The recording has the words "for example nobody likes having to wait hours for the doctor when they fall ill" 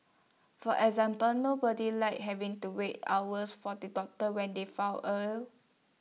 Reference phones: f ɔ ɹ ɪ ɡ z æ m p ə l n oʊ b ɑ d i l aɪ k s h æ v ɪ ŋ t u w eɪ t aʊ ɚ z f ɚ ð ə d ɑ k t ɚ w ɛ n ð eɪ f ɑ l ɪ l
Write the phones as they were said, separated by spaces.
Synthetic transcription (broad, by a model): f ɔ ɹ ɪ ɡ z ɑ m p ə l n oʊ b ɑ d i l aɪ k h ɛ v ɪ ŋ t u w eɪ t aʊ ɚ s f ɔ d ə d ɑ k t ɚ w ɛ n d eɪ f ɑ w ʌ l